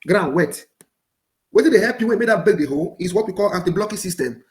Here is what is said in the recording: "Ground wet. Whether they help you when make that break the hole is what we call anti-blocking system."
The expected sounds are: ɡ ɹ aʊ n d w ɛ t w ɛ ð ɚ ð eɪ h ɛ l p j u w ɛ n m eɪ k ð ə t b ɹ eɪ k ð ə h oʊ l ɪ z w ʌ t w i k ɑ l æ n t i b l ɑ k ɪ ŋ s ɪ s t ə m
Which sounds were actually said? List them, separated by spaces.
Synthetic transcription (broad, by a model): ɡ ɹ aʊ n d w ɛ t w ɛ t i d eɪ h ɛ p j u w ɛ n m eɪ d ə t b eɪ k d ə h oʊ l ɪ s w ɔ t w i k ɑ l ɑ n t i b l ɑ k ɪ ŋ s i s t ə m